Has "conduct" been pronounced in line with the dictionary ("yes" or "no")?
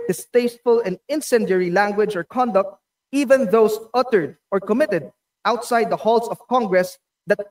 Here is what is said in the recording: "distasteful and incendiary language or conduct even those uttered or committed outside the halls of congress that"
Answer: yes